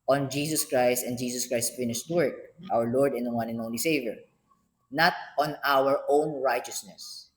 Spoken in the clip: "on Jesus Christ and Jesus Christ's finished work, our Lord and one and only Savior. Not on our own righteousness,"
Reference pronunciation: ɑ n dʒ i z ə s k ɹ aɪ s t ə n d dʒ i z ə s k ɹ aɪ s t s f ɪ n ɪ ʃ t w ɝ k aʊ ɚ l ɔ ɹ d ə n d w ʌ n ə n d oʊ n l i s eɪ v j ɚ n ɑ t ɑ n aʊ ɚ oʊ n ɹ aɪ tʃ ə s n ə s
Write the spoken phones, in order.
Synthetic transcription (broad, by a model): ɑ n dʒ i s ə s k ɹ aɪ s t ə n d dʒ i s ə s k ɹ aɪ s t f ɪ n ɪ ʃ t w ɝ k aʊ ɚ l ɔ ɹ d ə n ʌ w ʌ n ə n oʊ n l i s eɪ v j ɚ n ɑ t ɑ n aʊ ɚ oʊ n ɹ aɪ tʃ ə s n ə s